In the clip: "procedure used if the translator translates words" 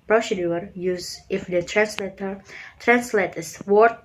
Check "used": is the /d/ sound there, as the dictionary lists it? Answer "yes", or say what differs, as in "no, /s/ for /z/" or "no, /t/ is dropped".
no, /d/ is dropped